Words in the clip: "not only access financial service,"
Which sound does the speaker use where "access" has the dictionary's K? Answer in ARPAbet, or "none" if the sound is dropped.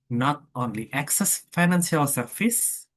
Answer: K